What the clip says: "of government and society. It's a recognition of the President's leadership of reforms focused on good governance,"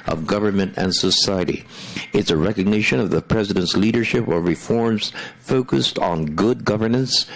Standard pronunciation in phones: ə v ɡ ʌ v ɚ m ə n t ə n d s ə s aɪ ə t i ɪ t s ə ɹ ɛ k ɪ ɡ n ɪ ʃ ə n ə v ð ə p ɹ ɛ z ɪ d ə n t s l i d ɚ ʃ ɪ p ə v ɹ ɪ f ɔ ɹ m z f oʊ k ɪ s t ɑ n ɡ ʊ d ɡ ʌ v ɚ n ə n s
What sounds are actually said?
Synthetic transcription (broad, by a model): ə v ɡ ʌ v ɚ m ə n t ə n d s ə s aɪ ə t i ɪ t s ə ɹ ɛ k ɪ ɡ n ɪ ʃ ə n ə v ð ə p ɹ ɛ z ɪ d ə n t s l i d ɚ ʃ ɪ p ə v ɹ ɪ f ɔ ɹ m z f oʊ k ɪ s t n ɡ ʊ d ɡ ʌ v ɚ n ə n s